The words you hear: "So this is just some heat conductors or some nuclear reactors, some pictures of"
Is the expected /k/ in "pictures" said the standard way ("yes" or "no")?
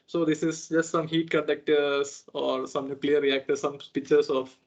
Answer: no